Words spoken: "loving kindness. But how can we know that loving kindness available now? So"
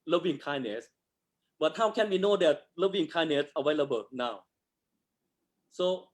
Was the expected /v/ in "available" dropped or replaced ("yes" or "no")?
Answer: yes